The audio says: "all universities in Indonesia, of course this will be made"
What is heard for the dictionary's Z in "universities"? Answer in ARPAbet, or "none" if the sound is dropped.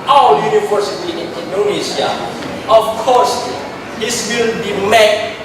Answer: none